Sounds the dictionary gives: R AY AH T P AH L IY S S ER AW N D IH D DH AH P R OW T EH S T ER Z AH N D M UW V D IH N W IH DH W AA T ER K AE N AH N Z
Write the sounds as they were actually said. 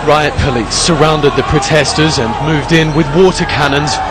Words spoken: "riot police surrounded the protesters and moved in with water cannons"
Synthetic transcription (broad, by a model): R AY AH T P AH L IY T S ER AW N D IH D DH AH P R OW T EH S T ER Z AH N M UW V D IH N W IH DH W AA T ER K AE N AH N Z